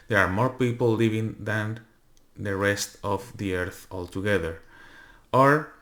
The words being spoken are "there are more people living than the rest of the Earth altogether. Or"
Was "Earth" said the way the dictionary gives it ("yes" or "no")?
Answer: yes